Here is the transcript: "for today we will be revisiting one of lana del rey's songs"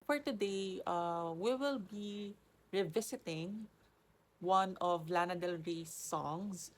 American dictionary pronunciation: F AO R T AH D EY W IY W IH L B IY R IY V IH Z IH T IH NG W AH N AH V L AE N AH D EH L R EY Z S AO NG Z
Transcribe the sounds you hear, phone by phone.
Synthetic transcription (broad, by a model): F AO R T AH D EY W IY W IH L B IY R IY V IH S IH T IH NG W AH N AH V L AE N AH D EH L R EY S AO NG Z